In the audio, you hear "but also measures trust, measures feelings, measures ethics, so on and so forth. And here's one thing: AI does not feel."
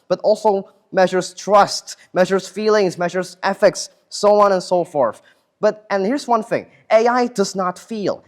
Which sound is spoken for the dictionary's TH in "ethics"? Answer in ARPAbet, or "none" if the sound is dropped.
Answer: F